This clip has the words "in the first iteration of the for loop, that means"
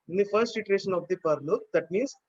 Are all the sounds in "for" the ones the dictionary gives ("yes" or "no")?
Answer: no